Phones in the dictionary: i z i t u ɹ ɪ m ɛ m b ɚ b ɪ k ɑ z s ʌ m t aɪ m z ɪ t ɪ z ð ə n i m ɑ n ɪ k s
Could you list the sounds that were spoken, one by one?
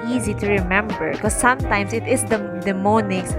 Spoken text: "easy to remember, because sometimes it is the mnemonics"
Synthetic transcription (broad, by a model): i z i t u ɹ ɪ m ɛ m b ɚ k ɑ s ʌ m t aɪ m s ɪ t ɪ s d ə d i m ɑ n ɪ k s